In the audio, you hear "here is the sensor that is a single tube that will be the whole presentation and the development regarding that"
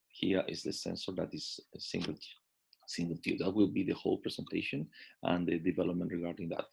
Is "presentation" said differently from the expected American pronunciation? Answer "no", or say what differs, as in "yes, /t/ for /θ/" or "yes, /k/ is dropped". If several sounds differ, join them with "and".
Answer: yes, /s/ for /z/